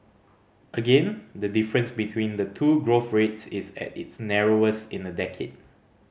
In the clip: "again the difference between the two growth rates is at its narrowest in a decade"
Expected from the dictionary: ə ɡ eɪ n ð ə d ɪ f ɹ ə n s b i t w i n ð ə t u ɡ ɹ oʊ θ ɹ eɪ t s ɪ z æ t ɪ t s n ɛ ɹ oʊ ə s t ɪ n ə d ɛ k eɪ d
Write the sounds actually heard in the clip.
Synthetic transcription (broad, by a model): ə ɡ eɪ n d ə d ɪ f ɹ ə n s b i t w i n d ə t u ɡ ɹ oʊ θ ɹ eɪ t s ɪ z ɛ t ɪ t s n ɛ ɹ oʊ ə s ɪ n ə d ɛ k eɪ d